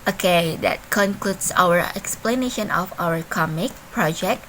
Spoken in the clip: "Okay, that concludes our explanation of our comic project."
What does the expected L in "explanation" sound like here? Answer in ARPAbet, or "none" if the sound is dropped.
L